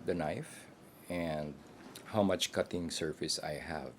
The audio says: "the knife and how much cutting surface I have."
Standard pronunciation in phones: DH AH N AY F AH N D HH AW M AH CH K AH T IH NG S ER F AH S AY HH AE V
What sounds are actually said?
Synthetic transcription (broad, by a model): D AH N AY F AH N D HH AW M AH CH K AH T IH NG S ER F AH S AY HH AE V